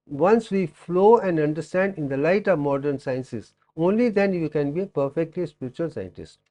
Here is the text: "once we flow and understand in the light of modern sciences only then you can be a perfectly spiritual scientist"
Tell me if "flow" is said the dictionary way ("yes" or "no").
yes